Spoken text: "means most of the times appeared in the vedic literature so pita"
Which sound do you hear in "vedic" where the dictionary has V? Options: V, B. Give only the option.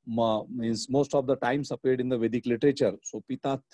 V